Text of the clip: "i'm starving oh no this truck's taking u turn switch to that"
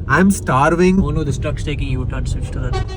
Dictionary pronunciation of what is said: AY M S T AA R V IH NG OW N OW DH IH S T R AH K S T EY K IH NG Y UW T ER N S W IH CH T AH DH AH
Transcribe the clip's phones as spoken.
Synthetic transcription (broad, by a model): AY M S T AA R V IH NG OW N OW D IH S T AH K S T EY K IH NG Y UW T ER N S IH S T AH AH